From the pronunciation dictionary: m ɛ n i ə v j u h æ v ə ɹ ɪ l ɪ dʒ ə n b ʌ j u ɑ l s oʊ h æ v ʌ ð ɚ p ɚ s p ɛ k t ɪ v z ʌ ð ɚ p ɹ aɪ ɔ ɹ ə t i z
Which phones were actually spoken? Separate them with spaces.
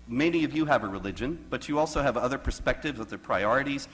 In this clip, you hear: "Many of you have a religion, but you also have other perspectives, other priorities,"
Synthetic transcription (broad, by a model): m ɛ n i ə v j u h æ v ə ɹ ɪ l ɪ dʒ ə n b ʌ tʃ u ɑ l s oʊ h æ v ʌ ð ɚ p ɚ s p ɛ k t ɪ v z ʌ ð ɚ p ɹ aɪ ɔ ɹ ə t i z